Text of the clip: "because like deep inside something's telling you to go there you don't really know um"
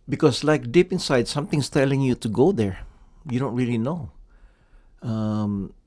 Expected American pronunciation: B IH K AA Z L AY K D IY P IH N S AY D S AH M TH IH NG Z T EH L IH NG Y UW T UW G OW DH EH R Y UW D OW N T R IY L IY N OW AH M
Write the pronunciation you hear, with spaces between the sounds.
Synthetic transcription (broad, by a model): B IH K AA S L AY K D IY P IH N S AY D S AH M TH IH NG S T EH L IH NG Y UW T UW G OW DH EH R Y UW D OW N T R IY L IY N OW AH M